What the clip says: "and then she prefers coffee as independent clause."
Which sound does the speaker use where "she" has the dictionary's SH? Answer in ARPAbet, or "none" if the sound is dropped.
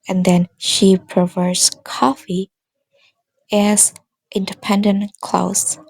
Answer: SH